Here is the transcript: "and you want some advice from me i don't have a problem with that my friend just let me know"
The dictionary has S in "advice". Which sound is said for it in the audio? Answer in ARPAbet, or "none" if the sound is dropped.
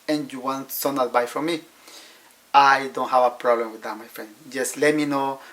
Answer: none